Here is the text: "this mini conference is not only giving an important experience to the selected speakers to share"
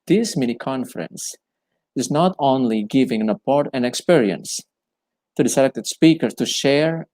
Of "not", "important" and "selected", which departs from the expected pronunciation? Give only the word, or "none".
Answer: important